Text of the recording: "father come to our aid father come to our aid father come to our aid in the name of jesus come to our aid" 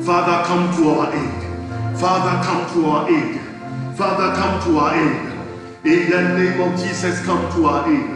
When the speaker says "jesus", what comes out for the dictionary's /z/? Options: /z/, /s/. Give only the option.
/s/